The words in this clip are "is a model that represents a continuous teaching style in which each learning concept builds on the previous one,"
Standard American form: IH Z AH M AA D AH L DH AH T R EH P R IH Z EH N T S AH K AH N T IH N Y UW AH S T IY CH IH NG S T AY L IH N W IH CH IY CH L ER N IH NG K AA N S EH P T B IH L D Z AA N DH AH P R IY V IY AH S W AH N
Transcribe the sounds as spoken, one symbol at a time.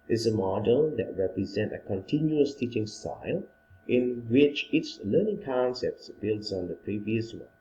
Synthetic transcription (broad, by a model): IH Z AH M AA D AH L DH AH T R EH P R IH Z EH N T AH K AH N T IH N Y UW AH S T IY CH IH NG S T AY L IH N W IH CH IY S L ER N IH NG K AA N S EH P T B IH L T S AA N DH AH P R IY V IY AH S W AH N